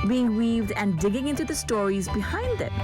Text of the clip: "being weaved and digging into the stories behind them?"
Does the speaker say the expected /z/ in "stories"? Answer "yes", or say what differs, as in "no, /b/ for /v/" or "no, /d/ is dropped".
yes